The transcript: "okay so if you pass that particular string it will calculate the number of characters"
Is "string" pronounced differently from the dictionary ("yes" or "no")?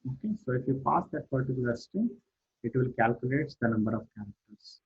yes